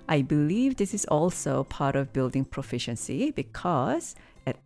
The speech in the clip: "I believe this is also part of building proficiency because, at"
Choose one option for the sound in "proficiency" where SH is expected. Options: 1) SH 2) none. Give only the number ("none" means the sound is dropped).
1